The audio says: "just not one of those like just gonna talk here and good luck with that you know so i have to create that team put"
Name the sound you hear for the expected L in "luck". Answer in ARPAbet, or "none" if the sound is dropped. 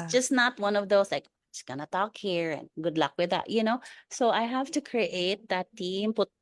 L